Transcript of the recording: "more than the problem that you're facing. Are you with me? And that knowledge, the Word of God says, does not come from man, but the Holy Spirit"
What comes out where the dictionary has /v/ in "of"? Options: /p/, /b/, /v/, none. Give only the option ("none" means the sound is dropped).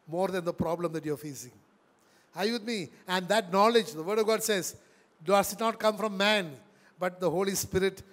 /v/